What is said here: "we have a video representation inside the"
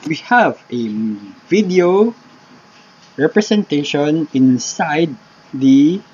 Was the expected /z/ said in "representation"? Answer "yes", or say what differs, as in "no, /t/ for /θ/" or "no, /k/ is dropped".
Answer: no, /s/ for /z/